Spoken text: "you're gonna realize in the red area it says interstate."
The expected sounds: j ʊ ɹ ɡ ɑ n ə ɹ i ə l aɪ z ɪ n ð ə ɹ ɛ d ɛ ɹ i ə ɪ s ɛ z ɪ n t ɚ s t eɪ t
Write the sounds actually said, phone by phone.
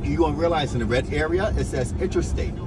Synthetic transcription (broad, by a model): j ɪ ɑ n ɹ i ə l aɪ z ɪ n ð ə ɹ ɛ d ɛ ɹ i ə ɪ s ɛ s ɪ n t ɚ s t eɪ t